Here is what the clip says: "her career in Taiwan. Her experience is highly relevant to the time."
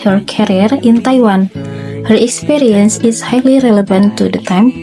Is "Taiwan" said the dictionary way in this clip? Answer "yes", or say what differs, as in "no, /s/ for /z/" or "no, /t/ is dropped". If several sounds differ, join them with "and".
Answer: yes